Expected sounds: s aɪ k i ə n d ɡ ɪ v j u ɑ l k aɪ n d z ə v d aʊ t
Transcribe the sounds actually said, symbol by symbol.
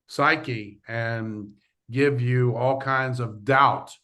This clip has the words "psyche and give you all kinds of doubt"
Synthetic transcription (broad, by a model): s aɪ k i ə n ɡ ɪ v j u ɑ l k aɪ n d z ə v d aʊ t